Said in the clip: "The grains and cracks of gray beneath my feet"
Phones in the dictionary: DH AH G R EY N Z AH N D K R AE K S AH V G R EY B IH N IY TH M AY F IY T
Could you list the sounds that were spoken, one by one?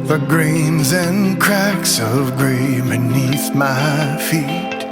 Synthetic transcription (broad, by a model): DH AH G R EY N Z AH N K R AE K S AH V G R EY B IH N IY TH M AY F IY T